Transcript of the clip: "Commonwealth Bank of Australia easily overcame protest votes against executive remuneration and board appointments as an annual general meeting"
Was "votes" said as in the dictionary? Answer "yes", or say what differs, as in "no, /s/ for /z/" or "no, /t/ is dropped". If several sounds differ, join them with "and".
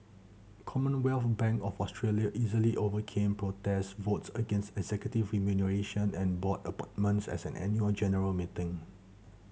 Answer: yes